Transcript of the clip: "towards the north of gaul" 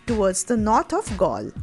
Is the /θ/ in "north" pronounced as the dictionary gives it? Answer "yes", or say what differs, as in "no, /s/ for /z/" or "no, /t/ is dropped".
no, /t/ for /θ/